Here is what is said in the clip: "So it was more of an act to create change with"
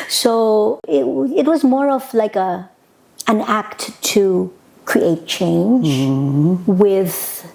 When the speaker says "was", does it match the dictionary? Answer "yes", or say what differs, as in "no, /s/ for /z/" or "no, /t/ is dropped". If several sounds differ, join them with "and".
yes